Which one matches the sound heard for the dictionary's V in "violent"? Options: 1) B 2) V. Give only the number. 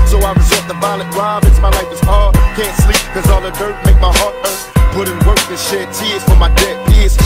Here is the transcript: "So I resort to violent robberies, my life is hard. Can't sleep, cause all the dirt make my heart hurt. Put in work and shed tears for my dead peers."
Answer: 1